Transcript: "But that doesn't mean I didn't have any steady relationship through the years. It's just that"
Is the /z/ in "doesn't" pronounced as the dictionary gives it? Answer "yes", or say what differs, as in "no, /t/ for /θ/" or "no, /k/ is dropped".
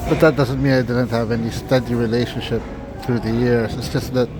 yes